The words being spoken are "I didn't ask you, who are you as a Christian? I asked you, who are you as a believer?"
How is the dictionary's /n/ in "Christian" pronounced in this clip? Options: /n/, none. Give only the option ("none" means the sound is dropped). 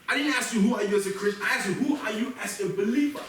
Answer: none